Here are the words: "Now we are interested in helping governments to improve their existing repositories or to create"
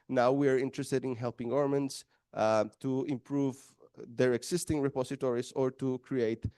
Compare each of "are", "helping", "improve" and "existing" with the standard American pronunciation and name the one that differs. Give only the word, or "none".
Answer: existing